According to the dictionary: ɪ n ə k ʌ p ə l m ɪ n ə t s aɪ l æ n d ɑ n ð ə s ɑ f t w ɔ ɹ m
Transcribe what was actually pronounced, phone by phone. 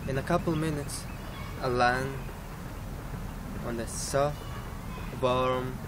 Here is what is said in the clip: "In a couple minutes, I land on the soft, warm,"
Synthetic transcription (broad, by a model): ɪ n ə k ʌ p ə l m ɪ n ə t s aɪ l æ n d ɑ n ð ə s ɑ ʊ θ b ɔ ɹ m